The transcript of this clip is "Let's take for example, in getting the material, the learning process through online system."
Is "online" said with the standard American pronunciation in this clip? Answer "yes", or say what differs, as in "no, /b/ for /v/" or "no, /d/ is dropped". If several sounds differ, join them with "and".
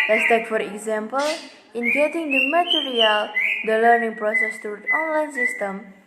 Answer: yes